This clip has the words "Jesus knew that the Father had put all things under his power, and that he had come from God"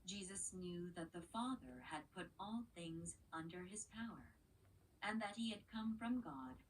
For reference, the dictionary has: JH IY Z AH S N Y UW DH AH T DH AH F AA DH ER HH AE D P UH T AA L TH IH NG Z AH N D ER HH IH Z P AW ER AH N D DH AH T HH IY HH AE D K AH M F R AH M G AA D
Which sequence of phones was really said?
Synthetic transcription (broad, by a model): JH IY Z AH S N Y UW DH AH T DH AH F AA DH ER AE D P UH T AA L TH IH NG Z AH N D ER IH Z P AW ER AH N DH AH T HH IY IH D K AH M F R AH M G AA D